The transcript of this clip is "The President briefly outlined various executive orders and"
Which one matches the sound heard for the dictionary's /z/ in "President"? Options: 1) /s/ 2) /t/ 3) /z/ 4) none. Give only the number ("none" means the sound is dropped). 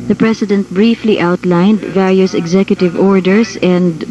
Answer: 1